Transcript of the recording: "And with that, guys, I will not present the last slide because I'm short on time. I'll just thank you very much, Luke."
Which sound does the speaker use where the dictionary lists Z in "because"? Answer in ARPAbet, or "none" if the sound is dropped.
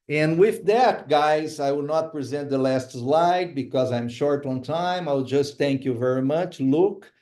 Z